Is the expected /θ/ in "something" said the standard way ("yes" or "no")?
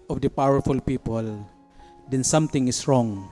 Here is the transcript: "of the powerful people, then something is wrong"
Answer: no